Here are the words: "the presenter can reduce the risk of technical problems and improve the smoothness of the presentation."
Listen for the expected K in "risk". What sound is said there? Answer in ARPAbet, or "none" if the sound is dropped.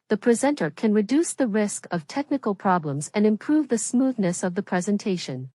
K